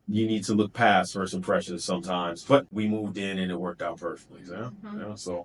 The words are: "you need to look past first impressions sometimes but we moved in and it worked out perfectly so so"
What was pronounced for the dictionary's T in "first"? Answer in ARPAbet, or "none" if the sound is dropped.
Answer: none